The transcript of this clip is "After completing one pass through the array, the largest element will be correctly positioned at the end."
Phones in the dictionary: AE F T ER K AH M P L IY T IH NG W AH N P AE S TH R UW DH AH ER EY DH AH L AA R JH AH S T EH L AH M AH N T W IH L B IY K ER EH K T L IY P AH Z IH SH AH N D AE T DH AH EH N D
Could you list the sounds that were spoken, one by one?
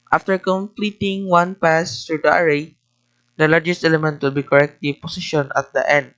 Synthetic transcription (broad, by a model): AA F T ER K AH M P L IY T IH NG W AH N P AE S T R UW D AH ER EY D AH L AA R JH AH S T EH L AH M AH N T W IH L B IY K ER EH K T IY P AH S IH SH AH N AA T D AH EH N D